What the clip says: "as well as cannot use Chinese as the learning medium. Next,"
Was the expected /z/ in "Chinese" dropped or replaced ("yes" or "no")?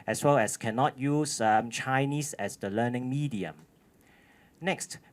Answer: yes